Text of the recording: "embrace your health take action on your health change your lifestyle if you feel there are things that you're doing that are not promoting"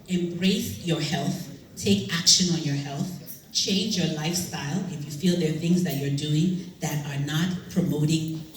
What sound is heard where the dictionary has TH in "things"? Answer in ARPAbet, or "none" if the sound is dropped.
TH